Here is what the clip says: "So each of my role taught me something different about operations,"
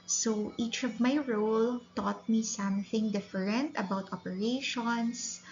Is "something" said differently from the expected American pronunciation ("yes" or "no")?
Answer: no